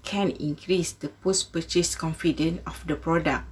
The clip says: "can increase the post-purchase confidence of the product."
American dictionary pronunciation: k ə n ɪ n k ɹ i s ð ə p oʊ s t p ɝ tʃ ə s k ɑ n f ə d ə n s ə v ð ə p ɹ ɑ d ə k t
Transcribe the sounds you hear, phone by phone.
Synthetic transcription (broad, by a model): k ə n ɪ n k ɹ i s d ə p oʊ s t p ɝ tʃ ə s k ɑ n f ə d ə n ə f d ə p ɹ ɑ d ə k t